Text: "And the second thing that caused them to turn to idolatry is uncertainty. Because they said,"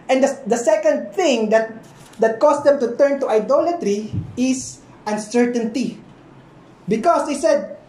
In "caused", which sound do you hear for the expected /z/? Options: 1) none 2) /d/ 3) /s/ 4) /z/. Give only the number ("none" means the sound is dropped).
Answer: 3